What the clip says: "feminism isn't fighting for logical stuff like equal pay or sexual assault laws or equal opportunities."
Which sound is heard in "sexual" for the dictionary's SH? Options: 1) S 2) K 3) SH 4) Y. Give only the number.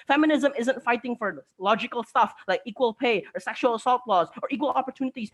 3